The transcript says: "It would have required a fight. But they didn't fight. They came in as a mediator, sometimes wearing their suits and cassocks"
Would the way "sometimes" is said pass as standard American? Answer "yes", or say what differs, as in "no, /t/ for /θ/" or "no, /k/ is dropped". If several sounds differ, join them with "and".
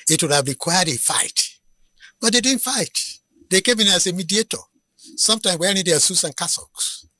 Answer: no, /z/ is dropped